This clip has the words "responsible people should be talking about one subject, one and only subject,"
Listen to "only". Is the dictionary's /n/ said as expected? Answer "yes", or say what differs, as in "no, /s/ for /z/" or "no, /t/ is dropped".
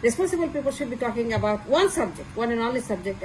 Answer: no, /n/ is dropped